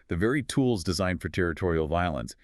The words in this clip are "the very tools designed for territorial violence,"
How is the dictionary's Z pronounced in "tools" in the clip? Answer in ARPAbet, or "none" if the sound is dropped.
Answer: Z